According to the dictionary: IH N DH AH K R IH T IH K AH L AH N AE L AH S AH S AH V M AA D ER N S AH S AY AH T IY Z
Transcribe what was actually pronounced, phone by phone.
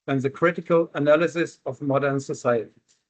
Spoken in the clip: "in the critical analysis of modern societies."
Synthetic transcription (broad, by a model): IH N DH AH K R IH T IH K AH L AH N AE L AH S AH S AH V M AA D ER N S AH S AY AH T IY